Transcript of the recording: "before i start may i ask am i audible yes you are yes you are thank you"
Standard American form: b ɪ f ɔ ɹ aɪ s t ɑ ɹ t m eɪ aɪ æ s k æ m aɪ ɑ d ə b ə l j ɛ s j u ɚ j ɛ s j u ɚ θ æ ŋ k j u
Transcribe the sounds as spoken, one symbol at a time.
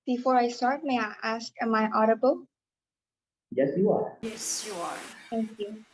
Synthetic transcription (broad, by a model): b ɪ f ɔ ɹ aɪ s t ɑ ɹ t m eɪ aɪ æ s k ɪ m aɪ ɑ d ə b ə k j ɛ s j u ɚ j ɛ s j u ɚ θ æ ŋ k j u